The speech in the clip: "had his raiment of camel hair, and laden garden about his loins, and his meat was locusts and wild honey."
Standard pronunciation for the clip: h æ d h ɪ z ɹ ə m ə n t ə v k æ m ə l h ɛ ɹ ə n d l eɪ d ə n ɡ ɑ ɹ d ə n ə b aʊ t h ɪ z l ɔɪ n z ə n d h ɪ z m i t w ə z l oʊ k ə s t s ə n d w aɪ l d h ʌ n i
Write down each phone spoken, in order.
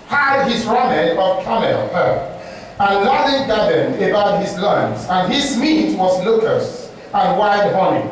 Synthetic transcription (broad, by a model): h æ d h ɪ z ɹ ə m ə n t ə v k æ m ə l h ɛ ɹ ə n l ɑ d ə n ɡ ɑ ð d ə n ə b aʊ t h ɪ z l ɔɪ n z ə n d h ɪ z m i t w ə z l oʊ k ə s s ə n w aɪ d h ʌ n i